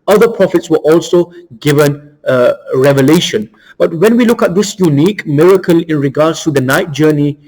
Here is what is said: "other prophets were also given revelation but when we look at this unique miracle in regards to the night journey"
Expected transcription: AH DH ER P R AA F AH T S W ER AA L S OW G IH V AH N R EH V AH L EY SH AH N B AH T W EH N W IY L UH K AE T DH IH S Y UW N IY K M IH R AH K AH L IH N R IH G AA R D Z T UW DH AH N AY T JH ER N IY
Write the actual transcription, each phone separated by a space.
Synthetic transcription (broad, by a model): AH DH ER P R AA F AH T S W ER AA L S OW G IH V AH N R EH V AH L EY SH AH N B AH T W EH N W IY L UH K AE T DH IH S Y UW N IY K M IH R AH K AH L IH N R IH G AA D S T UW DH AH N AY T JH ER N IY